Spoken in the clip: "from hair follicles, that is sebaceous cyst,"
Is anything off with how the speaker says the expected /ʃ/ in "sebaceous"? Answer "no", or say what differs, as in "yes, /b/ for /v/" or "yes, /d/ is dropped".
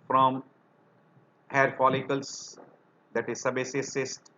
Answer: yes, /s/ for /ʃ/